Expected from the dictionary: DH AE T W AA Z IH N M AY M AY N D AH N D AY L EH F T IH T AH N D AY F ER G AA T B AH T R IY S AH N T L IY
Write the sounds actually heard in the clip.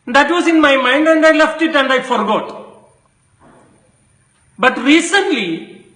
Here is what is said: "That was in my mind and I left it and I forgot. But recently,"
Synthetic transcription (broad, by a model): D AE T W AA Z IH N M AY M AY N D AH N D AY L EH F T IH T AH N D AY F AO G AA T B AH T R IY S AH N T L IY